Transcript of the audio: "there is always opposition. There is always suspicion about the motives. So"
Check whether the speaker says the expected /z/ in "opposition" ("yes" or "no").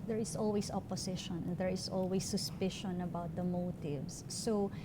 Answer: no